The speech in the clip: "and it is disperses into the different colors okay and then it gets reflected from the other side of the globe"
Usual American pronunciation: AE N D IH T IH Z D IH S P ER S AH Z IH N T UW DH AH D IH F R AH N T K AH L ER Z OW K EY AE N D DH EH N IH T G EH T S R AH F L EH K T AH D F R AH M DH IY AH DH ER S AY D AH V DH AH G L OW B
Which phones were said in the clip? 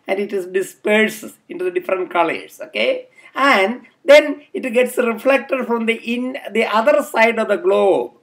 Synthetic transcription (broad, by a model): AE N D IH T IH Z D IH S P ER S IH N T UW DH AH D IH F R AH N T K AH L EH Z OW K EY AE N D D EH N IH T G EH T S R AH F L EH K T AH D F R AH M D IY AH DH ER S AY D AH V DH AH G L OW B